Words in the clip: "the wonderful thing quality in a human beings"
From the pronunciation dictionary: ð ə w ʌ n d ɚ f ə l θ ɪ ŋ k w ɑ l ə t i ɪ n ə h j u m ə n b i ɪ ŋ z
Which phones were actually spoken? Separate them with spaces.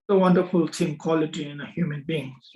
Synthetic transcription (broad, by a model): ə w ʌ n d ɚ f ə l t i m k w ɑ l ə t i ɪ n ə h j u m ə n b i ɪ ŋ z